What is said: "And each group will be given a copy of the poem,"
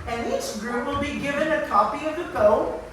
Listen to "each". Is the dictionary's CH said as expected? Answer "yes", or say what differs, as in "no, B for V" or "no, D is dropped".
no, S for CH